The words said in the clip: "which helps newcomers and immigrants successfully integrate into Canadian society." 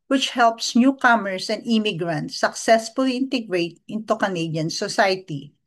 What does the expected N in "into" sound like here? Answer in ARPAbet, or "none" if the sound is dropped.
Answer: N